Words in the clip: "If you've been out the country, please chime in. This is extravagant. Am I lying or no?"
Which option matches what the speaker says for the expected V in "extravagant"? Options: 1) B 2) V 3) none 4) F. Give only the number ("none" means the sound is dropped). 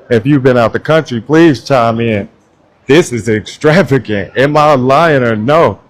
2